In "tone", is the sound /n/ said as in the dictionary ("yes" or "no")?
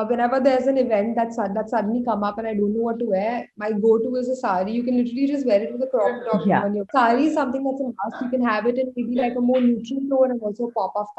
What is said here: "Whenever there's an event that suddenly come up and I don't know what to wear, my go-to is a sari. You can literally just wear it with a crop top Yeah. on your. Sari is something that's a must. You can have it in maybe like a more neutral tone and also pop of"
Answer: no